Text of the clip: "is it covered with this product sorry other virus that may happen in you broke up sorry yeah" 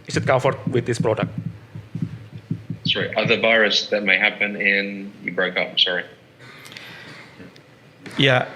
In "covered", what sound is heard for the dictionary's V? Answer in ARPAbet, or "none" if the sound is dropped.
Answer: F